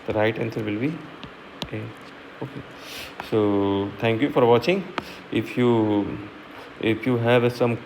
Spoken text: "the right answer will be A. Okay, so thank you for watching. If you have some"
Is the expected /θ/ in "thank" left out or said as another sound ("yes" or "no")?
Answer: yes